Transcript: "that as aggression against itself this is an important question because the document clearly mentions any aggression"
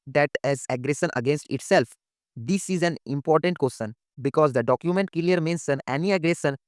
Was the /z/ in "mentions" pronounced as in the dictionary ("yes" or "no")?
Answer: no